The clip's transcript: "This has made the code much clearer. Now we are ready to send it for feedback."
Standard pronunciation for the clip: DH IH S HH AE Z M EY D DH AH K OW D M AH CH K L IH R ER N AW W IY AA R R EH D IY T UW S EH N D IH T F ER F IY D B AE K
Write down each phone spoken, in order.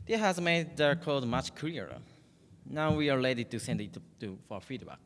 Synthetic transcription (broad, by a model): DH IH HH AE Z M EY D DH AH K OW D M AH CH K AH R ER N AW W IY AA R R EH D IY T UW S EH N D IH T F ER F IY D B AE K